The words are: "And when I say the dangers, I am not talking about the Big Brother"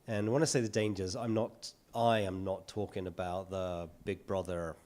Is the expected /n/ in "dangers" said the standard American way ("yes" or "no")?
yes